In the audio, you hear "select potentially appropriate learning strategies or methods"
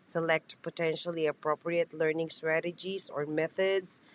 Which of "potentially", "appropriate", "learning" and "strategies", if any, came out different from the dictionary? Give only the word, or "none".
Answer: strategies